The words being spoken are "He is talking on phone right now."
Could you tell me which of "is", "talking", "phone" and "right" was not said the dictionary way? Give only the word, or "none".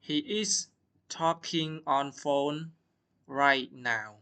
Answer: is